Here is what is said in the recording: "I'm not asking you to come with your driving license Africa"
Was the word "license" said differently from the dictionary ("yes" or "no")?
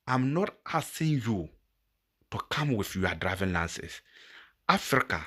yes